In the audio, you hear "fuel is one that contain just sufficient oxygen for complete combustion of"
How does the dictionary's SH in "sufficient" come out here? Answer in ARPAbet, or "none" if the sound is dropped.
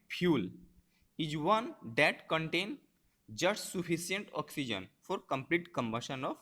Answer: S